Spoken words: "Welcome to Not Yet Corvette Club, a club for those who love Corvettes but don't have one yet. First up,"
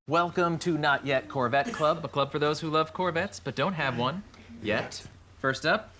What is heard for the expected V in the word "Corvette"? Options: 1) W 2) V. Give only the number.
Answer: 2